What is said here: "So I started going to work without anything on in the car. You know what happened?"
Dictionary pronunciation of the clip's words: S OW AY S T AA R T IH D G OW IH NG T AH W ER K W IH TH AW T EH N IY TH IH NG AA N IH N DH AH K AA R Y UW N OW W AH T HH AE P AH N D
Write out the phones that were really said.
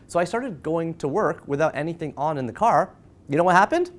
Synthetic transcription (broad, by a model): S OW AY S T AA R T IH D G OW IH NG T AH W ER K W IH TH AW T EH N IY TH IH NG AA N IH N DH AH K AA R Y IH N OW W AH T HH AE P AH N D